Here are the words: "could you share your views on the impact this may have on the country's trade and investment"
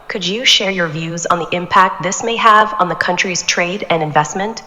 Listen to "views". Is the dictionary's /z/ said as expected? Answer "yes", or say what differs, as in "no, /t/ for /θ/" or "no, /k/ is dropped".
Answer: yes